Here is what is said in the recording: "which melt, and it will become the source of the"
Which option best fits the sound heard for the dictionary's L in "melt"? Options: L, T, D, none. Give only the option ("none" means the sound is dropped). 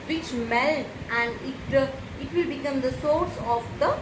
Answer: L